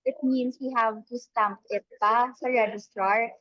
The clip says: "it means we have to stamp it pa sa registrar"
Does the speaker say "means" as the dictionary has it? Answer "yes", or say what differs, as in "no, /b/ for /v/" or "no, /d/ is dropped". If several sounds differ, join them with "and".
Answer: no, /s/ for /z/